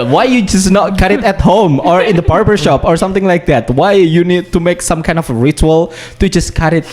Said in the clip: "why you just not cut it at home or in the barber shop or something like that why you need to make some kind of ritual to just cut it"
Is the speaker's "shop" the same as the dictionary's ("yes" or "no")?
yes